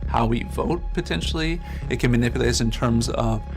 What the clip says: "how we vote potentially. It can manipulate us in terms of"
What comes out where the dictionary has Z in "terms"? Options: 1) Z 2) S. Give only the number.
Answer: 1